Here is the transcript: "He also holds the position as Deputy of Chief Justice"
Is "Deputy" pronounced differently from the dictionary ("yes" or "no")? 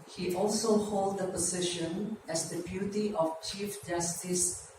yes